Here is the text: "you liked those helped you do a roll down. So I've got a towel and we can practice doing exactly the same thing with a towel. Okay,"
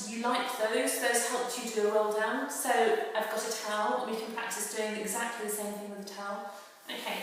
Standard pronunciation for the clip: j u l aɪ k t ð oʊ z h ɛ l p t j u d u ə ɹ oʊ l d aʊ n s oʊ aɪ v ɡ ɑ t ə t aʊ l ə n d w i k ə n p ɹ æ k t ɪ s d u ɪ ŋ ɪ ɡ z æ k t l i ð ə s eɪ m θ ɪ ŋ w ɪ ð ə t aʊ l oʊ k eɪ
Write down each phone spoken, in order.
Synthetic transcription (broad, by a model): j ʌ l aɪ k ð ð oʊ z h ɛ l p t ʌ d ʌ ə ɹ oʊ l d aʊ n s oʊ aɪ v ɡ ɑ t ə t aʊ l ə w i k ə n p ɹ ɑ k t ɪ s d u ɪ ŋ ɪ ɡ z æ k t l i ð ə s eɪ m θ ɪ ŋ w ɪ ð ə t aʊ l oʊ k eɪ